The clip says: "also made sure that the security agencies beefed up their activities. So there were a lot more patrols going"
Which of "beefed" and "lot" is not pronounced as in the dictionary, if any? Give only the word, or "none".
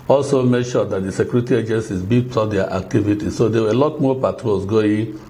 beefed